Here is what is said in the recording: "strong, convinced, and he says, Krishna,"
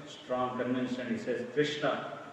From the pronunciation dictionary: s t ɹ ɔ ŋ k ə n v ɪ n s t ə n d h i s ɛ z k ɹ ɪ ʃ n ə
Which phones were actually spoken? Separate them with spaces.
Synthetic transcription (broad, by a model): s t ɹ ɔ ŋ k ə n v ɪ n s ə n h i s ɛ z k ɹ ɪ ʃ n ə